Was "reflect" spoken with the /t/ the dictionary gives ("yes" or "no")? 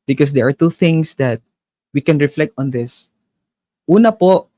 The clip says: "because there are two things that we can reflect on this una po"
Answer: yes